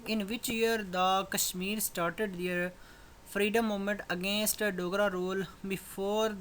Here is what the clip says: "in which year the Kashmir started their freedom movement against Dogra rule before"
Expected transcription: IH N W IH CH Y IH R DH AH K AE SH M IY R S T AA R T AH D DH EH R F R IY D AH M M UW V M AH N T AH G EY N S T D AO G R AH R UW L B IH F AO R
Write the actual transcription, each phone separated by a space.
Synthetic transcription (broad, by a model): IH N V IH CH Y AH R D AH K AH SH M IY R S T AA R T AH D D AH R P R IY D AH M M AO M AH N T AH G EY N S T D AO G R AH R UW L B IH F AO R